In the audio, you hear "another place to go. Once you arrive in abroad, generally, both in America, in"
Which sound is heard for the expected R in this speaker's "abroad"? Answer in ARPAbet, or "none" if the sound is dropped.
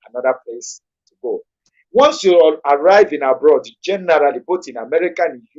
R